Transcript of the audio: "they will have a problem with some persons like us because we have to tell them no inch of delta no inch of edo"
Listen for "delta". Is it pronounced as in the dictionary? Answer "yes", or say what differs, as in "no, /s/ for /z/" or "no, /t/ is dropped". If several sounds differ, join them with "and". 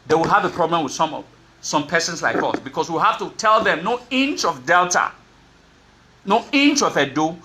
yes